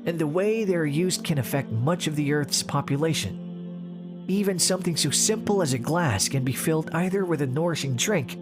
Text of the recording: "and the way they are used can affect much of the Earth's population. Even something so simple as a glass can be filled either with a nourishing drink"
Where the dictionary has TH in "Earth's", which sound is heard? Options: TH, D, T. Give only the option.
TH